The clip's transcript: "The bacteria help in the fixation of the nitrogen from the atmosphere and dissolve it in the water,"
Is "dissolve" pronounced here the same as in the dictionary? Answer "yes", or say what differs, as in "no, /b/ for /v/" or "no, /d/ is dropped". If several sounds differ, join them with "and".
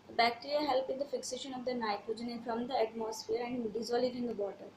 no, /v/ is dropped